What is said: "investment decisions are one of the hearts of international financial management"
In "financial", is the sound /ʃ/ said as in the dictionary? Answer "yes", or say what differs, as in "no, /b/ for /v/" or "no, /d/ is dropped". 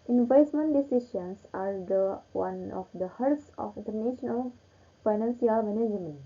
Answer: no, /s/ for /ʃ/